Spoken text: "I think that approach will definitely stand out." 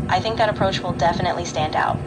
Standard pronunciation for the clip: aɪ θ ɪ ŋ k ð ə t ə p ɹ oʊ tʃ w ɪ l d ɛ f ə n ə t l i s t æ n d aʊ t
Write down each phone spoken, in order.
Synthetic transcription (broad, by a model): aɪ θ ɪ ŋ k ð ə t ə p ɹ oʊ tʃ w ɪ l d ɛ f ə n ə t l i s t æ n d aʊ t